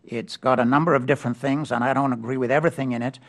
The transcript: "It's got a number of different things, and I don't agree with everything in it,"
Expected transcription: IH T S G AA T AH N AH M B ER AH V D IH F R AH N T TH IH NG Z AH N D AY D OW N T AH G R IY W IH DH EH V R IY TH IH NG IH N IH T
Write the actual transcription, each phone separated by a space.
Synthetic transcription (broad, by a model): IH T S G AA T AH N AH M B ER AH V D IH F R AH N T TH IH NG Z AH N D AY D OW N T AH G R IY W IH DH EH V R IY TH IH NG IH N IH T